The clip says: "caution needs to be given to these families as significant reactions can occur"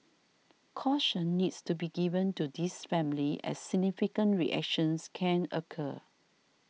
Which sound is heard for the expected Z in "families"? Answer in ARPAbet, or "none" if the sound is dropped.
none